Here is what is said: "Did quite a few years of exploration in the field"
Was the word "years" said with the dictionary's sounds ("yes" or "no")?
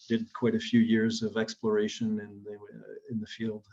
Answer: yes